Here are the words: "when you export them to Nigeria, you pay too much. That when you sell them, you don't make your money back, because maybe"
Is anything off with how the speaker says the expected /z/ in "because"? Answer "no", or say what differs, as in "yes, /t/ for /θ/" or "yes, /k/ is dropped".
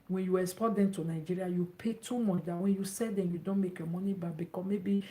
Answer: yes, /z/ is dropped